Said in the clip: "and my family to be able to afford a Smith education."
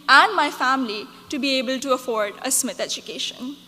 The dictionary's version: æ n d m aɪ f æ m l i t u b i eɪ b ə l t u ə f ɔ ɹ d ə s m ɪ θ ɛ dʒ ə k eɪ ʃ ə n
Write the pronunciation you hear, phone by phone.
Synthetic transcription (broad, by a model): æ n d m aɪ f æ m l i t u b i eɪ b ə l t u ə f ɔ ɹ d ə s m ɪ t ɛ dʒ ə k eɪ ʃ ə n